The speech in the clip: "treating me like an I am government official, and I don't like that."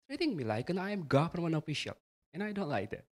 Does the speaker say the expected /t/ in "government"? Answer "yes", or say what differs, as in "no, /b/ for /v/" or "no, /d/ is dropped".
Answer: no, /t/ is dropped